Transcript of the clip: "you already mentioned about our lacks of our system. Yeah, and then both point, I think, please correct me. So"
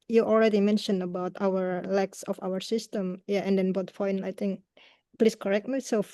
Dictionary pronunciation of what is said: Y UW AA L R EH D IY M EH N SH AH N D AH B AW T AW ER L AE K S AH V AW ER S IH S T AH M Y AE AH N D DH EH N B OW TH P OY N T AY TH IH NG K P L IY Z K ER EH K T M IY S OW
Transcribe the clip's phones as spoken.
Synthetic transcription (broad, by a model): Y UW AA L R EH D IY M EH N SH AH N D AH B AW T AW ER L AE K S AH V AW ER S IH S T AH M Y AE AH N D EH N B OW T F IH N AY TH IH NG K P L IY S K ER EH K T M IY S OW